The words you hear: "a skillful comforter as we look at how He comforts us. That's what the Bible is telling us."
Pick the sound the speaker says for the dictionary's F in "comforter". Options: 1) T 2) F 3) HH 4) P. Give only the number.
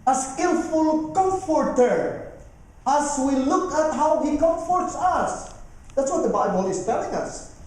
2